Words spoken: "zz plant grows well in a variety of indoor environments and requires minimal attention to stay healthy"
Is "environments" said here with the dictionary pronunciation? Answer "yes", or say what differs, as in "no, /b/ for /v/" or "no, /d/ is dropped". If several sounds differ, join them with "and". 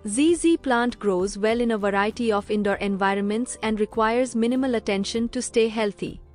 yes